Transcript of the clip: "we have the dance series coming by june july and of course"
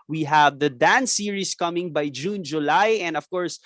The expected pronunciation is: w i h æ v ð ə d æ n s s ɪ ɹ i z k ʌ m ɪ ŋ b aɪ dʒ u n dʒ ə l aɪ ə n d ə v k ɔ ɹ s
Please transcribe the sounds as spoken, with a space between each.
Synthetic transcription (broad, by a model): w i h æ v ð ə d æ n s s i ɹ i s k ʌ m ɪ ŋ b aɪ dʒ u n dʒ ə l aɪ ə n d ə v k ɔ ɹ s